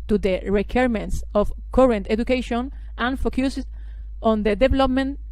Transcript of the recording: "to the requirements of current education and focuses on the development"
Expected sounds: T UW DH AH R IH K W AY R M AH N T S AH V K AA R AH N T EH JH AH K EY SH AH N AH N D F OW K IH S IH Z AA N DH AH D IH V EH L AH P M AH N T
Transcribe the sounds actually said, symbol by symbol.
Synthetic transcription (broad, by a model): T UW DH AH R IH K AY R M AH N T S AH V K AA R AH N T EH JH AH K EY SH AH N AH N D F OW K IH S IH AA N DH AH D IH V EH L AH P M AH N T